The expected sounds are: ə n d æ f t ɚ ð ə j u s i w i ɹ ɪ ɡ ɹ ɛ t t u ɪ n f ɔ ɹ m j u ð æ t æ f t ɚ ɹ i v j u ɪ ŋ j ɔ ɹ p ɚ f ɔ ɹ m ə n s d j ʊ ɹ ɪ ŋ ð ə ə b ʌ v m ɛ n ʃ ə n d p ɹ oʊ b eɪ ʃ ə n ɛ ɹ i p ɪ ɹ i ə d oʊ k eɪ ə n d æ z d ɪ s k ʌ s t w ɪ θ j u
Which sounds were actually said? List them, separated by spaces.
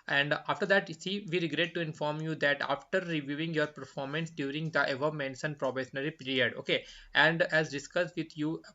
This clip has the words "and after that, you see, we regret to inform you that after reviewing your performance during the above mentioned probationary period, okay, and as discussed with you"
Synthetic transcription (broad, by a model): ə n d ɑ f t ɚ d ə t s i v i ɹ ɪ ɡ ɹ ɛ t t u ɪ n f ɔ ɹ m j u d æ t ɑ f t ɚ ɹ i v j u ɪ ŋ j ɔ ɹ p ɚ f ɔ ɹ m ə n s d j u ɹ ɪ ŋ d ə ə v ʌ m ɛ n s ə n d p ɹ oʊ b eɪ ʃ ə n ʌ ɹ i p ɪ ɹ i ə d oʊ k eɪ ə n d æ z d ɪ s k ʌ s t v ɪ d j u